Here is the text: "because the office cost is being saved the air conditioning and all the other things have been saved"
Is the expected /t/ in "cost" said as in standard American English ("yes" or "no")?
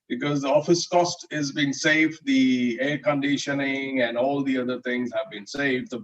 yes